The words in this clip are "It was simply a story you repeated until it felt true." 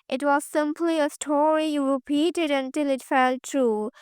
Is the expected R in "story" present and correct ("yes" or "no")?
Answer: yes